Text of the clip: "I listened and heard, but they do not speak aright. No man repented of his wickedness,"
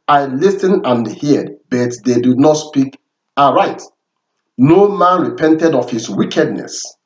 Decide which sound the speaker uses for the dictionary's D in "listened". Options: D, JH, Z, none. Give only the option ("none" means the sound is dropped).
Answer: none